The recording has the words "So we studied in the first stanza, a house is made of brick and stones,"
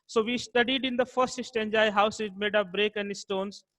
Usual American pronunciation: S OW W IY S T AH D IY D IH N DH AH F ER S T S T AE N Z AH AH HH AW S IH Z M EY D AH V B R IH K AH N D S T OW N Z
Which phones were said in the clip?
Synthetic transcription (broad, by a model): S OW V IY S T AH D IY D IH N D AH F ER S T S T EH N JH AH AH HH AW S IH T M EY D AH P B R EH K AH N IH S T OW N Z